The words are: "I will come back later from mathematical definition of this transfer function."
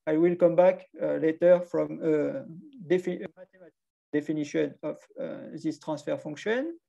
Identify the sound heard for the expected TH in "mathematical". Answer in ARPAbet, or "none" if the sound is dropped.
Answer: F